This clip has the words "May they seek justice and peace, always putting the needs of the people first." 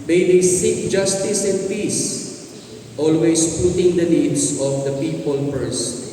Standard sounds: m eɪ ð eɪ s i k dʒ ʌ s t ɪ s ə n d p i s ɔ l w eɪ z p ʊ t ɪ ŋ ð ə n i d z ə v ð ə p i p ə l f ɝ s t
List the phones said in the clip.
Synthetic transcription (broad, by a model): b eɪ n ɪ s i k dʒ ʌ s t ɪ s ə n d p i s ɔ l w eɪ s p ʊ t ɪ ŋ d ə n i d s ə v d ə p i p ə l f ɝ s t